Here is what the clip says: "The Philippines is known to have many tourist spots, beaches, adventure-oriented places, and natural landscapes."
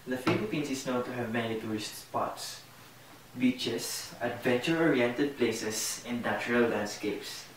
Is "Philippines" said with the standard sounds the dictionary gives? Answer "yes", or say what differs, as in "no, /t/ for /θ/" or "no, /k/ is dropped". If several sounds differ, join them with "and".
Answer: no, /s/ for /z/